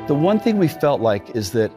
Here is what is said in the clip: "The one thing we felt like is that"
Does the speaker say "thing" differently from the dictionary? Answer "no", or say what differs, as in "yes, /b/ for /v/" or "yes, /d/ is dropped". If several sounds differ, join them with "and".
no